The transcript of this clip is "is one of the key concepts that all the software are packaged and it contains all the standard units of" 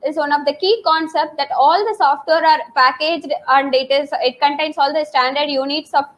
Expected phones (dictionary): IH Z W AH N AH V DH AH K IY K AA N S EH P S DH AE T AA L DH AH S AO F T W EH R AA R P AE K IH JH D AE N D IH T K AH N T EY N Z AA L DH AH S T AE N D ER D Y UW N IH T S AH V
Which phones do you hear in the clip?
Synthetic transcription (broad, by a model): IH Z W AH N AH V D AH K IY K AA N S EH P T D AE T AA L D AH S AO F T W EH R AA R P AE K IH JH D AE N D IH T K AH N T EY N S AA L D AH S T AE N D ER D Y UW N IH T S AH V